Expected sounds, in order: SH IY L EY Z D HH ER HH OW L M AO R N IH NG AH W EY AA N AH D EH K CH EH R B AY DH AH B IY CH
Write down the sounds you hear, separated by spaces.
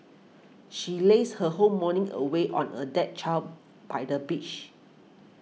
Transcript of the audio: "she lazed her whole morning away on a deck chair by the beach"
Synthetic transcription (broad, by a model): SH IY L EY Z HH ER HH OW M AO N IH NG AH W EY AA N AH D EH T CH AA L B AY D AH B IY CH